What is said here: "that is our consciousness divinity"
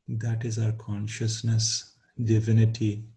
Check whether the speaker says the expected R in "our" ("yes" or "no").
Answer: yes